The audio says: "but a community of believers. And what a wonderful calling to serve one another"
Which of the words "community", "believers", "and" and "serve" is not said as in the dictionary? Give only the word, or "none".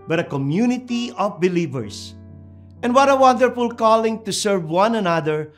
believers